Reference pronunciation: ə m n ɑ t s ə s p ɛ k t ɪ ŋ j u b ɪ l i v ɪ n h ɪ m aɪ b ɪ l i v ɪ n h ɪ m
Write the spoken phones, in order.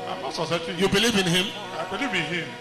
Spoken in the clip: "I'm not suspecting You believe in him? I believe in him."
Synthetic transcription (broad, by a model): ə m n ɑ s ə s ɑ t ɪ j u b ɪ l i v ɪ n h ɪ m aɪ b ɪ l i v ɪ n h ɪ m